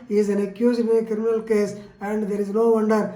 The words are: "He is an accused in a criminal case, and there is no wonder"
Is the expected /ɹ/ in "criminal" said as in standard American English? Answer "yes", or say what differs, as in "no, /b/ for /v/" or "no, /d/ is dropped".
yes